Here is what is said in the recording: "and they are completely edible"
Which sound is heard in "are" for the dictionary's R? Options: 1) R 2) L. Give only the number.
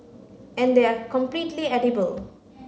1